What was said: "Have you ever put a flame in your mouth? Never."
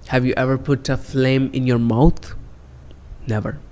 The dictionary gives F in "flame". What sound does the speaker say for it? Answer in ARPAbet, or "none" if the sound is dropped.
F